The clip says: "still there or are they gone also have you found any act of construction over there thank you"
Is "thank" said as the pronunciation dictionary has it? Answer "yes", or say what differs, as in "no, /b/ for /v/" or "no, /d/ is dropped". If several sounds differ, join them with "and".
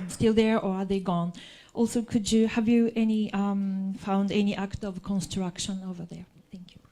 yes